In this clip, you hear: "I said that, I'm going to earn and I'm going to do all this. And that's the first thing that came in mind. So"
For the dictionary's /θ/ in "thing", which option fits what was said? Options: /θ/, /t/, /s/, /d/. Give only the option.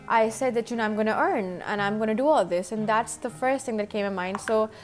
/θ/